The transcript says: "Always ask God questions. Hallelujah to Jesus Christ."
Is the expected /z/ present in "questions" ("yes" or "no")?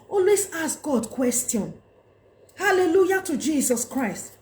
no